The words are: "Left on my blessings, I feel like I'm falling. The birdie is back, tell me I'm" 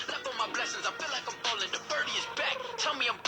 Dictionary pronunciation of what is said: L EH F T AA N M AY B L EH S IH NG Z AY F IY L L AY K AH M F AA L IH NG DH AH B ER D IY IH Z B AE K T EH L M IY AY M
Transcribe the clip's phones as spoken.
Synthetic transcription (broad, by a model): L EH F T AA M AY B L EH S IH NG Z AY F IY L L AY K AH M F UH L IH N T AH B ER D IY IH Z B AE K T EH L M IY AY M